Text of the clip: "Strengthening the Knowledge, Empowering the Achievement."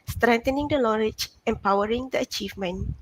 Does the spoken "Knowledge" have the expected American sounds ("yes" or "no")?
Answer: no